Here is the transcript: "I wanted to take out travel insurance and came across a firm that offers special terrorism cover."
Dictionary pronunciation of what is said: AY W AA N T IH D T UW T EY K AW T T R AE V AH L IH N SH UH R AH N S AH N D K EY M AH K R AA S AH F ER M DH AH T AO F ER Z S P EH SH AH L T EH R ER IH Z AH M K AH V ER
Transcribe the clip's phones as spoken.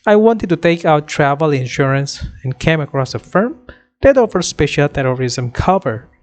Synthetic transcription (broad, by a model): AY W AA N T IH D T UW T EY K AW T T R AE V AH L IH N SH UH R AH N S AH N K EY M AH K R AA S AH F ER M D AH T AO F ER S P EH SH AH L T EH R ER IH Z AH M K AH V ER